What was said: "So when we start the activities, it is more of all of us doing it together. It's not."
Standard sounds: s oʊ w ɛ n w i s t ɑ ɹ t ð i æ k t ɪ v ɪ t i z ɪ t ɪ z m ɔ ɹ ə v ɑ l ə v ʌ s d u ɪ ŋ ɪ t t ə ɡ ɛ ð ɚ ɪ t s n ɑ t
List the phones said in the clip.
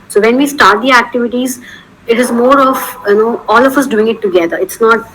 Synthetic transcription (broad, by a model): s oʊ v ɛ n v i s t ɑ ɹ t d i æ k t ɪ v ɪ t i z ɪ t ɪ z m ɔ ɹ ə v ɑ l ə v ʌ s d u ɪ ŋ ɪ t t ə ɡ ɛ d ɚ ɪ t s n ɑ t